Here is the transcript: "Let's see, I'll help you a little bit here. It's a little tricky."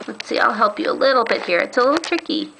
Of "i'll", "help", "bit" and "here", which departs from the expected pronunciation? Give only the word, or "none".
none